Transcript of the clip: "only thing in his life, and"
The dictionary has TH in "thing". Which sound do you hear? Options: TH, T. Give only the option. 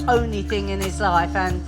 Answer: TH